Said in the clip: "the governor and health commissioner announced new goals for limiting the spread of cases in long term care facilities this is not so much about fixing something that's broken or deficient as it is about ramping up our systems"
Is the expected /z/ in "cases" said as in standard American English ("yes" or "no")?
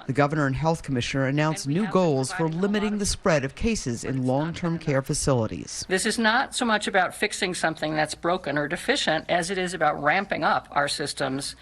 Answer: yes